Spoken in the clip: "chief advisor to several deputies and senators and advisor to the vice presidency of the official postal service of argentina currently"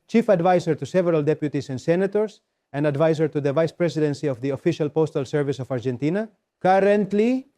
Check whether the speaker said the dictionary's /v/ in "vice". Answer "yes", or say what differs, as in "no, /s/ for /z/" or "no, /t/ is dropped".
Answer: yes